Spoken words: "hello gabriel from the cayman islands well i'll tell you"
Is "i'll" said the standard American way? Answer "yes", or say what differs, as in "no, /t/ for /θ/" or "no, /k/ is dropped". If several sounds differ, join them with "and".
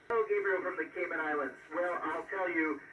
yes